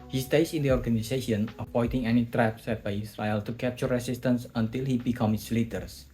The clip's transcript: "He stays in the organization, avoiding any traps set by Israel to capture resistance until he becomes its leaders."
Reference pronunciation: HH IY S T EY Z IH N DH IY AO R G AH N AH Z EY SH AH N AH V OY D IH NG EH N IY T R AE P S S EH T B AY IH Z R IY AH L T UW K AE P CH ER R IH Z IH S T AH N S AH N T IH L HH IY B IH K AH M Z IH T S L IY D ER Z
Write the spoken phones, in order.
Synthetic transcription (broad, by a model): HH IY S T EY S IH N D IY AO R G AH N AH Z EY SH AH N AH P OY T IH NG EH N IY T R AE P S S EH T B AY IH S R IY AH L T UW K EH P CH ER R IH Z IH S T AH N S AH N T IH L HH IY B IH K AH M IH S L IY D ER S